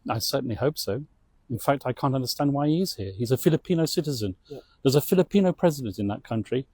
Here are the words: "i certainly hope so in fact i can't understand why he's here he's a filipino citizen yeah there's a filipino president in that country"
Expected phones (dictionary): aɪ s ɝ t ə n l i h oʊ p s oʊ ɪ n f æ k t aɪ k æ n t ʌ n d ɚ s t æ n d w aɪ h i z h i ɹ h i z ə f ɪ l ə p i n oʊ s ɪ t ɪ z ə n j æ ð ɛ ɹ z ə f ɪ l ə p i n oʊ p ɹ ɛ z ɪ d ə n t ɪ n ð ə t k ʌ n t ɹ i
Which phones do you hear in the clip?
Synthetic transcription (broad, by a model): aɪ s ɝ t n l i h oʊ p s oʊ ɪ n f æ k t aɪ k æ n t ʌ n d ɚ s t æ n d w aɪ h i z h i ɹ h i z ə f ɪ l ə p i n oʊ s ɪ t ɪ z ə n ð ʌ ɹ z ə f ɪ l ə p i n oʊ p ɹ ɛ z ɪ d ə n t ɪ n ð ə t k ʌ n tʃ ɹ i